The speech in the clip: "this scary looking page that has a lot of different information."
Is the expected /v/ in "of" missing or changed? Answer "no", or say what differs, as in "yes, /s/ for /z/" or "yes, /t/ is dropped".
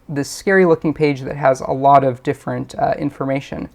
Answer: no